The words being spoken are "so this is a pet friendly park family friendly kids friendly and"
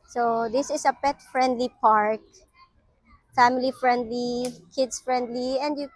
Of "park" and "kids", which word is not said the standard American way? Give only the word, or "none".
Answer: kids